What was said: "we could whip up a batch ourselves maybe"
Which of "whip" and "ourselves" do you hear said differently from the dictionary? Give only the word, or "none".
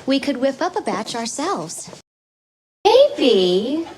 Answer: none